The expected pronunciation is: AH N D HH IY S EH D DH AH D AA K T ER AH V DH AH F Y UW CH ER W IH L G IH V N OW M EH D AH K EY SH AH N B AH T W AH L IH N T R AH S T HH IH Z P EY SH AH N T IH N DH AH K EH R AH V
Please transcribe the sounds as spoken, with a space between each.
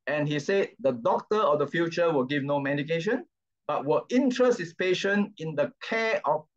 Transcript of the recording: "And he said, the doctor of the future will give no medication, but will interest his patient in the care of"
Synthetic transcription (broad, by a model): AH N HH IY S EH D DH AH D AA K T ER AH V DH AH F Y UW CH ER W IH L G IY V N OW M EH D AH K EY SH AH N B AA T W AH L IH N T R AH S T HH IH S P EY SH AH N IH N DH AH K EH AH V